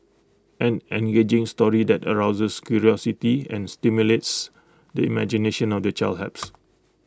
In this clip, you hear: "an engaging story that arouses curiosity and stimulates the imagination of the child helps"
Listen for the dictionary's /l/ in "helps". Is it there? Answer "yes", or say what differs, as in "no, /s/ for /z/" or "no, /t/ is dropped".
no, /l/ is dropped